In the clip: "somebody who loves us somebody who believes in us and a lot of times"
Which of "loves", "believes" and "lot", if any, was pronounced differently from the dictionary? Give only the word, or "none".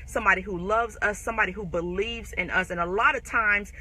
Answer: none